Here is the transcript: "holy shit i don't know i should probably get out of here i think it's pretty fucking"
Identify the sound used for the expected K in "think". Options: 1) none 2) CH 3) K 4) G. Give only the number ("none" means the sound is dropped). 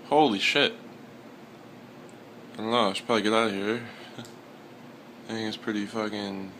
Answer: 1